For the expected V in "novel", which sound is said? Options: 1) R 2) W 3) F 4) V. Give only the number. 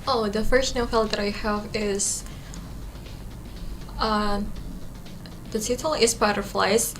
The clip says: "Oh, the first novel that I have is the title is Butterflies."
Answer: 3